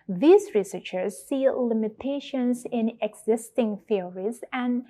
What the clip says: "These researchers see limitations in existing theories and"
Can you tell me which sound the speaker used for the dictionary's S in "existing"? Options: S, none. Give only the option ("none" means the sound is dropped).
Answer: S